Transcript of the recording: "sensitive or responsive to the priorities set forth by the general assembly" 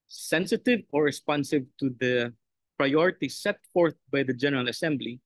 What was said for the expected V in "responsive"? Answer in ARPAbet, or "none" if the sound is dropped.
V